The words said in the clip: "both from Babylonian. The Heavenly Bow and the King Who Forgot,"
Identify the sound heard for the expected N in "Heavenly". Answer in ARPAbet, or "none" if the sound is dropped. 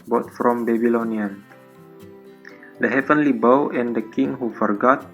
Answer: N